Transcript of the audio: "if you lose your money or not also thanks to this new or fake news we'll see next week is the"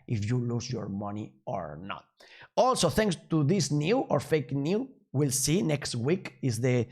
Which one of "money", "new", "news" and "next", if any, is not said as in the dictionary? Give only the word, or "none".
news